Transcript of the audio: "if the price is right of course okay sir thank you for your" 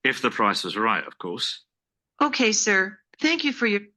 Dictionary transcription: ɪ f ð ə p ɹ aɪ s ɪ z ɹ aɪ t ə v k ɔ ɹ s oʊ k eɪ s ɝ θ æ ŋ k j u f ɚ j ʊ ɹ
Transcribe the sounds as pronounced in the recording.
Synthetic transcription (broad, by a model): ɪ f ð ə p ɹ aɪ s ɪ z ɹ aɪ t ə v k ɔ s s oʊ k eɪ s ɝ θ æ ŋ k j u f ɚ j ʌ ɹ